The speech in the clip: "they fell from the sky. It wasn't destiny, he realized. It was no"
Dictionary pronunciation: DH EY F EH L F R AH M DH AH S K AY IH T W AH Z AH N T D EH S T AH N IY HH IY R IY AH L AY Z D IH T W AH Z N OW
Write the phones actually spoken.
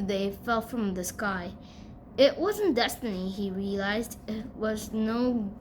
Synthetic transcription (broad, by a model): DH EY F EH L F R AH M DH AH S K AY IH T W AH Z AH N D EH S T AH N IY IY R IY AH L AY Z D IH T W AH Z N OW